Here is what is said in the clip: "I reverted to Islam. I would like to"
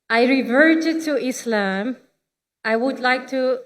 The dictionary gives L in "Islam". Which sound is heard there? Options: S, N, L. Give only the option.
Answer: L